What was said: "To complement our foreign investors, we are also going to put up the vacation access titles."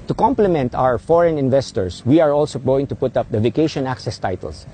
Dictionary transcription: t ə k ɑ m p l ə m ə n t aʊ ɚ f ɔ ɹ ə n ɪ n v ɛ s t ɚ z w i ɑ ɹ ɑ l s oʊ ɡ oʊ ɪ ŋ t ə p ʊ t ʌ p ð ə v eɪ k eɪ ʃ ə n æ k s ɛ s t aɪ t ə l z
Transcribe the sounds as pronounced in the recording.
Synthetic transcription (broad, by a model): t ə k ɑ m p l ə m ə n t aʊ ɚ f ɔ ɹ ə n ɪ n v ɛ s t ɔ s w i ɑ ɹ ɑ l s oʊ ɡ oʊ ɪ ŋ t ə p ʊ t ʌ p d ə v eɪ k eɪ ʃ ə n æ k s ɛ s t aɪ t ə l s